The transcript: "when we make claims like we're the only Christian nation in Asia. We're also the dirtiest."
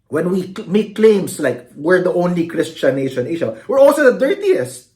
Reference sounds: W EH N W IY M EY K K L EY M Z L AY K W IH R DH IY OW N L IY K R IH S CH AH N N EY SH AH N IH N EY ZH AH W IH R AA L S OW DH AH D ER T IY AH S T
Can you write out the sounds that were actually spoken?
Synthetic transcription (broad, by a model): W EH N W IY M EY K K L EY M S L AY K W IH R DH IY OW N L IY K R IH S CH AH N N EY SH AH N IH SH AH W IH R AA L S OW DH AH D ER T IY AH S T